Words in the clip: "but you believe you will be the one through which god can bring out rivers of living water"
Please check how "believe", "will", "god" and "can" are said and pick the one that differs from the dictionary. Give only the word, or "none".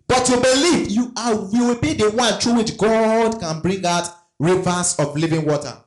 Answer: will